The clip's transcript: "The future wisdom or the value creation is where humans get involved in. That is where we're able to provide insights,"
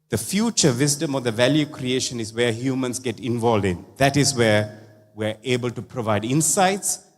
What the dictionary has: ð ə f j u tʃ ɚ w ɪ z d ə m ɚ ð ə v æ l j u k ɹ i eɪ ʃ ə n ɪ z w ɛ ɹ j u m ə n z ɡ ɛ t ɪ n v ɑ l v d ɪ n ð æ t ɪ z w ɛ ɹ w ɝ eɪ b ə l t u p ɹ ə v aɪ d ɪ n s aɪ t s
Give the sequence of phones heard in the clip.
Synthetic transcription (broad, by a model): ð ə f j u tʃ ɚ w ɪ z d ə m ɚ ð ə v æ l j u k ɹ i eɪ ʃ ə n ɪ z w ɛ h j u m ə n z ɡ ɛ t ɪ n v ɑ l d ɪ n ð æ t ɪ z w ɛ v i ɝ eɪ b ə l t u p ɹ ə v aɪ d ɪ n s aɪ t s